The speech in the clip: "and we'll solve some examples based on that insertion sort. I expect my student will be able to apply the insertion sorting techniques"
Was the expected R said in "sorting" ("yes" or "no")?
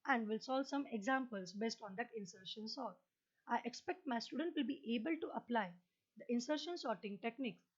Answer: yes